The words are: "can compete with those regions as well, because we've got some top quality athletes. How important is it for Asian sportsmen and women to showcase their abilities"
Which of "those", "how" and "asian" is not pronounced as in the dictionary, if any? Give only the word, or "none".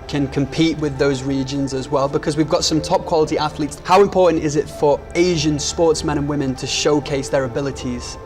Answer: none